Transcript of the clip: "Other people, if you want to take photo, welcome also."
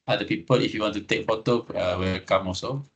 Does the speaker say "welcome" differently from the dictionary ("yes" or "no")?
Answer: yes